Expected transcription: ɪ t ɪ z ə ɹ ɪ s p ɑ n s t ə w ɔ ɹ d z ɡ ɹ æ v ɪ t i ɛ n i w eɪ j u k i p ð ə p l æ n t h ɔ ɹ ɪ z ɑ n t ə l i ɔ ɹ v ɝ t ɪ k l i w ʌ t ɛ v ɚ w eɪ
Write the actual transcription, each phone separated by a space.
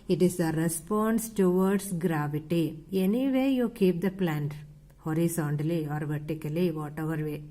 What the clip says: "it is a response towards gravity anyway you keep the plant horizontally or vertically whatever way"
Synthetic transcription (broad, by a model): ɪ t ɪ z ə ɹ ɪ s p ɑ n s t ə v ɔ ɹ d s ɡ ɹ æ v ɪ t i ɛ n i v eɪ j u k i p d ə p l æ n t h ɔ ɹ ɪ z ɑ n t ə l i ɔ ɹ v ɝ t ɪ k l i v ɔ t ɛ v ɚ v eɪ